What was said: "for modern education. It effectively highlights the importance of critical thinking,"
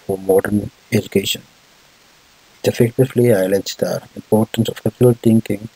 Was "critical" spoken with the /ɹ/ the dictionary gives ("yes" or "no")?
no